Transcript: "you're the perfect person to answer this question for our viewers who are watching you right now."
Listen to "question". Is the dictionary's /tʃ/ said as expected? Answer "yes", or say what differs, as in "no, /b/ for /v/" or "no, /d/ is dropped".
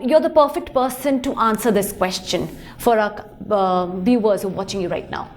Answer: yes